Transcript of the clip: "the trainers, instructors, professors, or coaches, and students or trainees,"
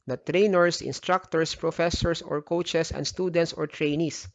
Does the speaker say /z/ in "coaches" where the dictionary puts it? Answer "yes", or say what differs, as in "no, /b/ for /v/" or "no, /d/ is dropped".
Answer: no, /s/ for /z/